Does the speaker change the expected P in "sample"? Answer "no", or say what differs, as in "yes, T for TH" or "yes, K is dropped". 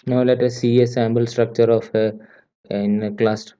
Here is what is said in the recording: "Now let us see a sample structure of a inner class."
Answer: yes, B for P